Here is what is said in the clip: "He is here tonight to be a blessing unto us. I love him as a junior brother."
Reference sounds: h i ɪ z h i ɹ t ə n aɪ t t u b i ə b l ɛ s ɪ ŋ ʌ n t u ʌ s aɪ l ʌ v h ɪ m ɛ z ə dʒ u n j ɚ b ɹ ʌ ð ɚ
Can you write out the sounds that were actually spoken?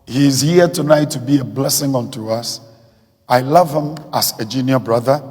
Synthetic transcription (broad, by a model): h i ɪ z h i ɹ t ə n aɪ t t u b i ə b l ɛ s ɪ ŋ ʌ n t u ʌ s aɪ l ʌ v h ɪ m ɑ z ə dʒ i n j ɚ b ɹ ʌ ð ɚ